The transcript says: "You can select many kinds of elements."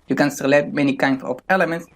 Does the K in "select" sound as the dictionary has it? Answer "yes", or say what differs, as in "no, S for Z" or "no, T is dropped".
no, K is dropped